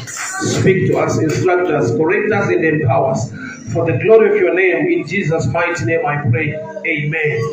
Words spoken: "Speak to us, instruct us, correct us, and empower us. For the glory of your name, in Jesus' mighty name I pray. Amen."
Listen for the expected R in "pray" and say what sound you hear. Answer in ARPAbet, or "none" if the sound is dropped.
R